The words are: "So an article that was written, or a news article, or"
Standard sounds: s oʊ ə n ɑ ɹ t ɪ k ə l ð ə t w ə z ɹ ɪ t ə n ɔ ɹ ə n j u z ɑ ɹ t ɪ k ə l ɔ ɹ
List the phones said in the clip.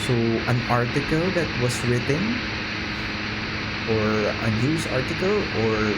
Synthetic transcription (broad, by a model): s oʊ ə n ɑ ɹ t ɪ k ə l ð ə t w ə s ɹ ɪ t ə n ɔ ɹ ə n j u s ɑ ɹ t ɪ k ə l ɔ ɹ